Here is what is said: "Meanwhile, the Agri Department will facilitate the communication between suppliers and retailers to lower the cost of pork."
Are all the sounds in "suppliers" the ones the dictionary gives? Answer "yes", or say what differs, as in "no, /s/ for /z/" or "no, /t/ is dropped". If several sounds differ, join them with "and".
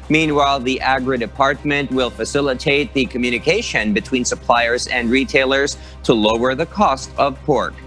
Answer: yes